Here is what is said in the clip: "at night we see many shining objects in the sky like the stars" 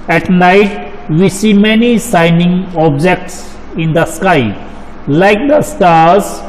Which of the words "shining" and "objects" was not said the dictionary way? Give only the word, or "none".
shining